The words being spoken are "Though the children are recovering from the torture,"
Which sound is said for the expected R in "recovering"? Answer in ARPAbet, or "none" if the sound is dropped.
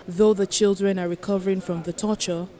R